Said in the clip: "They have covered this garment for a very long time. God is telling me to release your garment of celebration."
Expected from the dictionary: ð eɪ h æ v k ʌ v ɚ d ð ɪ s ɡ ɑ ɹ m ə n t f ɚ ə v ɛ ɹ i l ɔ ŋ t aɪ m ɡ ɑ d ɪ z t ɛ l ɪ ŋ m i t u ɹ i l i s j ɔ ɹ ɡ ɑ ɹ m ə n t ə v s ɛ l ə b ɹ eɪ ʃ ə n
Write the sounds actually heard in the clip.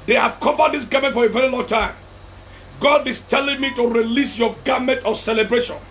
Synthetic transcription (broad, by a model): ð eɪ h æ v k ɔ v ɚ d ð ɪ s ɡ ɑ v m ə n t f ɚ ə v ɛ ɹ i l ɔ ŋ t aɪ m ɡ ɑ d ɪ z t ɛ l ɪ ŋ m i t u ɹ i l i s j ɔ ɡ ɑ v m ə n t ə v s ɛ l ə b ɹ eɪ ʃ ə n